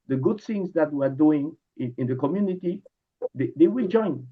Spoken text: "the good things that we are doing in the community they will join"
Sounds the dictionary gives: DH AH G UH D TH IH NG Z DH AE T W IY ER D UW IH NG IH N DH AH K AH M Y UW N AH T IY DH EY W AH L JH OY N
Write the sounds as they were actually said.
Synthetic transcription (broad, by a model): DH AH G UH D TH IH NG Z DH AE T W IY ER D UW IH NG IH N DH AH K AH M Y UW N AH T IY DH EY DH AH W JH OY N